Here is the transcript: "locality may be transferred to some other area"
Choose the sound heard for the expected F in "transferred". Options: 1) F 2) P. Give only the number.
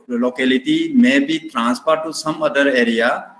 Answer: 2